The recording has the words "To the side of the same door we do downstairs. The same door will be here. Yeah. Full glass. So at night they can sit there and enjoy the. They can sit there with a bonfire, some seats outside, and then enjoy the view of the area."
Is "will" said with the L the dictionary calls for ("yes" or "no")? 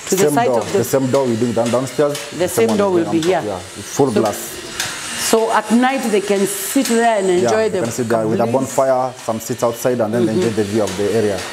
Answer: yes